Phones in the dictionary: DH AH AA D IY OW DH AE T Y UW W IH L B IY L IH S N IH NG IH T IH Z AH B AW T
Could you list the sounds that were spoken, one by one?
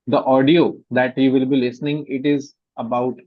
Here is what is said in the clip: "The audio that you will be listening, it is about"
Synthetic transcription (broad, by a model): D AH AA D IY OW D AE T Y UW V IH L B IY L IH S N IH NG IH T IH Z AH B AW T